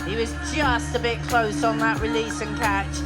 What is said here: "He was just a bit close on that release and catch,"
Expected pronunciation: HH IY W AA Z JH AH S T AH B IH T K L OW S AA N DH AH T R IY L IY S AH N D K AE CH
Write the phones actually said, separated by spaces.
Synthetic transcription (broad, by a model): HH IY W AA Z JH AH S T AH B IH T K L OW S N DH AH T R IY L IY S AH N K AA CH